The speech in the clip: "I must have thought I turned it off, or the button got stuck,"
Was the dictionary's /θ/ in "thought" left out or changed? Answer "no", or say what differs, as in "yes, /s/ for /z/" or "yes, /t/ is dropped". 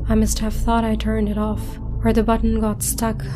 no